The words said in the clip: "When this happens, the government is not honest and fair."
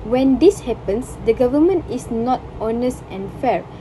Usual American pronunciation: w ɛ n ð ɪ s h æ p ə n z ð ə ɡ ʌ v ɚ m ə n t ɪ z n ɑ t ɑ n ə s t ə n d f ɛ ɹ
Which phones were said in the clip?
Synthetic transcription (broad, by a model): w ɛ n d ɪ s h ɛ p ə n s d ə ɡ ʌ v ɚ m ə n t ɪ s n ɑ t ɑ n ə s t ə n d f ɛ ɹ